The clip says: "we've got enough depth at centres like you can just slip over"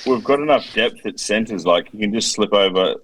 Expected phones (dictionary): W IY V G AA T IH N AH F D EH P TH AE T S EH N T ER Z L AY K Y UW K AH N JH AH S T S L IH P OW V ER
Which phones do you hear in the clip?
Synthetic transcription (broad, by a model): W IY V G AA T IH N AH F D EH P TH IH T S EH N T ER Z L AY K Y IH K AH N JH AH S T S L IH P OW V ER